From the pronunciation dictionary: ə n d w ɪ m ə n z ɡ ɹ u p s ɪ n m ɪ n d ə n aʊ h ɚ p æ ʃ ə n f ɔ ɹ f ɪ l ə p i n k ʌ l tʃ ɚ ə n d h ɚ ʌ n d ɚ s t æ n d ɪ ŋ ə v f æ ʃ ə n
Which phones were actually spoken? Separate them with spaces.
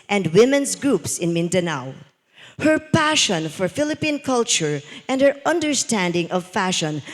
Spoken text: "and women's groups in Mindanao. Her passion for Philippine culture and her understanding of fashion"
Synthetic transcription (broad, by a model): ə n d w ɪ m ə n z ɡ ɹ u p s ɪ n m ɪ n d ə n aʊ h ɚ p æ ʃ ə n f ɔ ɹ f ɪ l ə p i n k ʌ l tʃ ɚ ə n d h ɚ ʌ n d ɚ s t æ n d ɪ ŋ ə v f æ ʃ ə n